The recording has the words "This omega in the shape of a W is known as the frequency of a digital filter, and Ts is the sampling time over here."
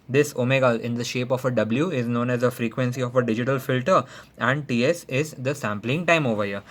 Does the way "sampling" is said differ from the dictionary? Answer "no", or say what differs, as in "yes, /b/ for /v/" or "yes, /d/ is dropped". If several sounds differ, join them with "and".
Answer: no